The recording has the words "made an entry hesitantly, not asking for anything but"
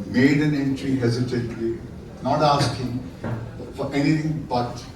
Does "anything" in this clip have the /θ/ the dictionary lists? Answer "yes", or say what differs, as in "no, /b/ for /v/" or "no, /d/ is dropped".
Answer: no, /t/ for /θ/